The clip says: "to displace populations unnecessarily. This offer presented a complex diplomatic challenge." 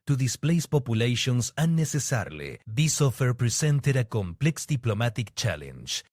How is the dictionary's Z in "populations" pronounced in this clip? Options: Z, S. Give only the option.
S